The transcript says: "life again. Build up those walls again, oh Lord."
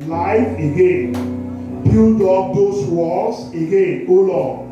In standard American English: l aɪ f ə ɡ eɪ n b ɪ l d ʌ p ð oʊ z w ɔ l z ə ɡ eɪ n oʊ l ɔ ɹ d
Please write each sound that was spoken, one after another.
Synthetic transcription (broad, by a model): l aɪ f ə ɡ eɪ n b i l d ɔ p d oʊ s w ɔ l s ə ɡ eɪ n oʊ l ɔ